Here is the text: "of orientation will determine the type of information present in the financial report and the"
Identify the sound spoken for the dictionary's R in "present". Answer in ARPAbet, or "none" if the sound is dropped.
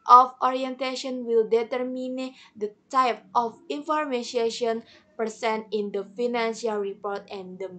none